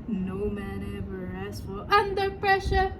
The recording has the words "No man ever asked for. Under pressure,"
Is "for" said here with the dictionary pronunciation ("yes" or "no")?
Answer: no